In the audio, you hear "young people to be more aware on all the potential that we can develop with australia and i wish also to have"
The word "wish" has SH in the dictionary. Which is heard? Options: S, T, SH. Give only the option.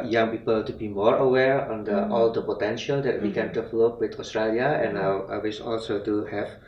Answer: S